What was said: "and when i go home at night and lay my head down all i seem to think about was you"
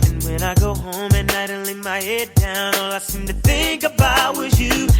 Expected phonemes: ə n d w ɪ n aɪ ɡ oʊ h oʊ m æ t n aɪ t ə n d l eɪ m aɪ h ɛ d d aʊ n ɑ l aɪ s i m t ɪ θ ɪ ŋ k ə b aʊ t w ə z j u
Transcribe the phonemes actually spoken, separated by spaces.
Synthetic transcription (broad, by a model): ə n w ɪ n aɪ ɡ oʊ h oʊ m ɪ n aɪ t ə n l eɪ m aɪ h ɛ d d aʊ n ɑ l aɪ s i m t ɪ θ ɪ ŋ k ə b aʊ t w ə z j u